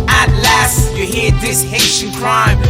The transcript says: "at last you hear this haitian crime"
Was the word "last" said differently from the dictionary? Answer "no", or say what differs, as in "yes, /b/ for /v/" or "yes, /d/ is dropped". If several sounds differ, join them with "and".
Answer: no